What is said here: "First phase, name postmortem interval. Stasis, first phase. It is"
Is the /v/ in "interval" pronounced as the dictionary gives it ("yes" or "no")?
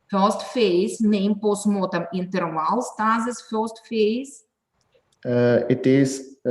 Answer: no